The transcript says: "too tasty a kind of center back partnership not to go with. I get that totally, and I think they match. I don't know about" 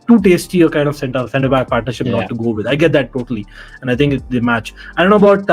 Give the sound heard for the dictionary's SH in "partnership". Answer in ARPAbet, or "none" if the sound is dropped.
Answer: SH